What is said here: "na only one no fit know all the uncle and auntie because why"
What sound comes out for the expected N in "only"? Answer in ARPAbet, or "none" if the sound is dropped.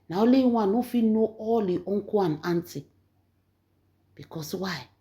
none